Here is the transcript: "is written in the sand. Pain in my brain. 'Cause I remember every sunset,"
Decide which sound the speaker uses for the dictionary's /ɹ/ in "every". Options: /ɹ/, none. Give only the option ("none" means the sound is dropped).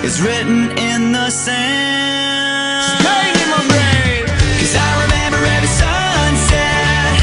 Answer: none